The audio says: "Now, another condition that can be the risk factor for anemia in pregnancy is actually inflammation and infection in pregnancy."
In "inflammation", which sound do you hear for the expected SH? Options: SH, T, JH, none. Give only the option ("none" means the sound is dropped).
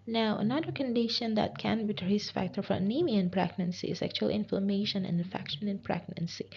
none